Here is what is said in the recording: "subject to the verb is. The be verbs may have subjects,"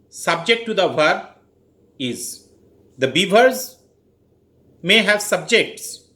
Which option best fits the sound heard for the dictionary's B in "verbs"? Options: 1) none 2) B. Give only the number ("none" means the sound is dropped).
1